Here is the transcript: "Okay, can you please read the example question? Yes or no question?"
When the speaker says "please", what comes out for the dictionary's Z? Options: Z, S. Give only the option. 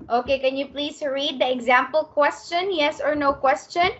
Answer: S